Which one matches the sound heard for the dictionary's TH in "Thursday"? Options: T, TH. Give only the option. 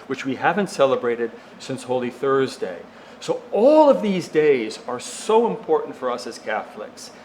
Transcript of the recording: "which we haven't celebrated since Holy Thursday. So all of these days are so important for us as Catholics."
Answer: TH